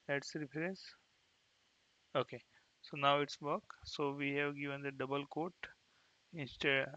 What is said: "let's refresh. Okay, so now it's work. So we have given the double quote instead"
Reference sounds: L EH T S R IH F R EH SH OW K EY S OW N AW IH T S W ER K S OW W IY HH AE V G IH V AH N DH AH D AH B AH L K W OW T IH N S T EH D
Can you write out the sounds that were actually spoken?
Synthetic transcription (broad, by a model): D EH T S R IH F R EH S OW K EY S OW N AW IH T S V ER K S OW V IY HH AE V G IH V AH N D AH D AH B AH L K OW T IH N S T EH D